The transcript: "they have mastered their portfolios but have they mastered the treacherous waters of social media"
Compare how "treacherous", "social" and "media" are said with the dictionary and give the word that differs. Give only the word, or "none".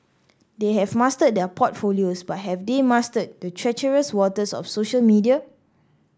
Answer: none